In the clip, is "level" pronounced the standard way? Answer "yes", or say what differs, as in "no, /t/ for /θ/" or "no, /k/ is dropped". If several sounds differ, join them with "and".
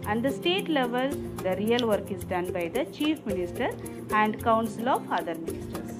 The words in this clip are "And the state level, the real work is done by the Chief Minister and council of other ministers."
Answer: yes